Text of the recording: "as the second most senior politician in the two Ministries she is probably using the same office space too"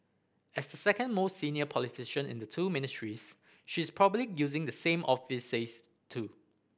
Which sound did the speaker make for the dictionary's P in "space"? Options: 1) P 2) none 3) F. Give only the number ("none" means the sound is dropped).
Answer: 2